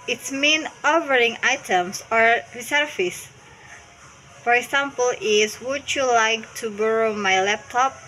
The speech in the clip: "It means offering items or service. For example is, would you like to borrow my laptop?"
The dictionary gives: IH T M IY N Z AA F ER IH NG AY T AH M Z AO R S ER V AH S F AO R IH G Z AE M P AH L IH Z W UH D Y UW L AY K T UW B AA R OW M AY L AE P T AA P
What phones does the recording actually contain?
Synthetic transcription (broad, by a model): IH T M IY N AA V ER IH NG AY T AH M S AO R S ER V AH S F AO R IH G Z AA M P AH L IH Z W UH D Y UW L AY K T UW B AA R OW M AY L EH P T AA P